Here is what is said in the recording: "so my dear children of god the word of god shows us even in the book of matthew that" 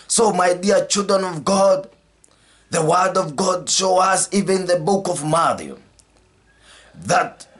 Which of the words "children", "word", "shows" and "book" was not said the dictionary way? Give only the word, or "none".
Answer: shows